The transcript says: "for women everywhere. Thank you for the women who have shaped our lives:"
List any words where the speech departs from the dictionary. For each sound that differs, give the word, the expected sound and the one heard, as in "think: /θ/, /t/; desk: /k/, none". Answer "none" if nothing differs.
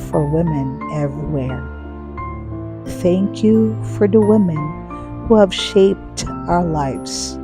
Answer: none